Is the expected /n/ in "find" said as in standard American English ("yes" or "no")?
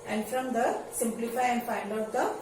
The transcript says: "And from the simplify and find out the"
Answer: no